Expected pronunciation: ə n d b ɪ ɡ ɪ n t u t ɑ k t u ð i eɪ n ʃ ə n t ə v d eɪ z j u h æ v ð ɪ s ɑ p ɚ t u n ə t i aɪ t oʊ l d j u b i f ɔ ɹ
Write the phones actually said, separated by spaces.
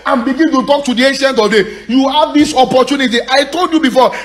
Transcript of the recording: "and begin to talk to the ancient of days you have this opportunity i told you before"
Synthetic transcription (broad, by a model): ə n b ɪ ɡ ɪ n t u t ɑ k t u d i eɪ n ʃ ə n t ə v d eɪ j u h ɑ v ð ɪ s ɑ p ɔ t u n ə t i aɪ t oʊ l d j u b i f ɔ